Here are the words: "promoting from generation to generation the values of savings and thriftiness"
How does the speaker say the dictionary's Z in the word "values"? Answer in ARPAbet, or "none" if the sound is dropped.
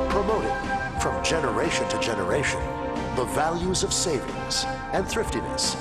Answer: Z